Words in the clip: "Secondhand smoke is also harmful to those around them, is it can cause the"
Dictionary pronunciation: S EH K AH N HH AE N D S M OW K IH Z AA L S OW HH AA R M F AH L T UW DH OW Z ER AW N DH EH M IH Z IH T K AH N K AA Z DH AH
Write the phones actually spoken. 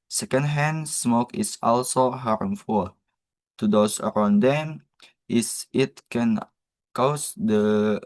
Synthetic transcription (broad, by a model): S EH K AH N HH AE N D S M OW K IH S AA L S OW HH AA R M F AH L T UW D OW S ER AW N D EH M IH S IH T K AH N K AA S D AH